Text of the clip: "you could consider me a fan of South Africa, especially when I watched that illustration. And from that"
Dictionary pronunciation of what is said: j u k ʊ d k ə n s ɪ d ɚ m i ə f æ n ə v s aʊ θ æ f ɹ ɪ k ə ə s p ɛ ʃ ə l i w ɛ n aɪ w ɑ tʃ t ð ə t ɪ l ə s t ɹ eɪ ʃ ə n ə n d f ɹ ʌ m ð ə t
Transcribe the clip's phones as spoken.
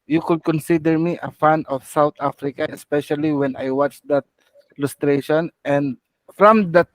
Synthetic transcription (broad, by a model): j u k ʊ d k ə n s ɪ d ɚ m i ə f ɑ n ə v s aʊ t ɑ f ɹ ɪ k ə ə s p ɛ ʃ ə l i w ɛ n aɪ w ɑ tʃ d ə t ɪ l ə s t ɹ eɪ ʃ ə n ə n d f ɹ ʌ m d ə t